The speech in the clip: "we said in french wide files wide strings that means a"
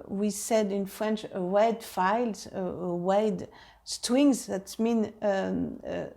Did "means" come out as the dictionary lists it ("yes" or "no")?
no